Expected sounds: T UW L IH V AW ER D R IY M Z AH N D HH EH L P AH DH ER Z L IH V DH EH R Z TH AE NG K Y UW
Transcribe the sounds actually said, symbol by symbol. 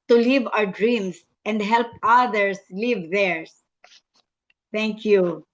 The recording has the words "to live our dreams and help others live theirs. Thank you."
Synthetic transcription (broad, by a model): T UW L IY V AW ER D R IY M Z AH N D HH EH L P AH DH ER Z L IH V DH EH R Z T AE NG K Y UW